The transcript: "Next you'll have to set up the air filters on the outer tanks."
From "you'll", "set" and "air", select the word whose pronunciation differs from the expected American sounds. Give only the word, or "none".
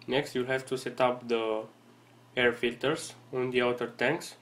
none